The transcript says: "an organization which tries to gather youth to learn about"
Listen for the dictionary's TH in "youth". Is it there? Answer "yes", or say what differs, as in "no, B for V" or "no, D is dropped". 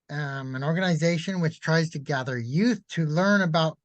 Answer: yes